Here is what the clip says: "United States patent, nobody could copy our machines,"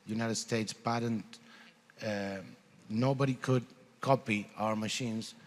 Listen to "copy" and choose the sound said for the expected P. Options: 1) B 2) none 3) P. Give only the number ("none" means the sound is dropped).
3